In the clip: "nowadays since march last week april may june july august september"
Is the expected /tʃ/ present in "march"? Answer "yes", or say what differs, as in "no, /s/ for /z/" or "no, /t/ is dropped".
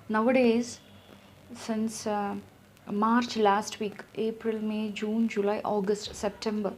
yes